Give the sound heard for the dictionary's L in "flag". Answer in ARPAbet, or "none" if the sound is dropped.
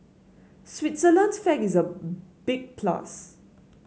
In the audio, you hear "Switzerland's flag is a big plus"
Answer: none